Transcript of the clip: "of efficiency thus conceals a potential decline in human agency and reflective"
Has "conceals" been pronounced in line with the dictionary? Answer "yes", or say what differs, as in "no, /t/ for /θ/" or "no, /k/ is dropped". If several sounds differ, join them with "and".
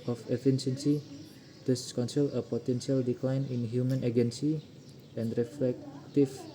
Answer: no, /z/ is dropped